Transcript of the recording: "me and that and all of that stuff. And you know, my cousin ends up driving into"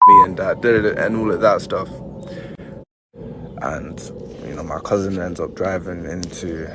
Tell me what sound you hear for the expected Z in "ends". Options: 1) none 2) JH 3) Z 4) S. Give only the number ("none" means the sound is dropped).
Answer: 3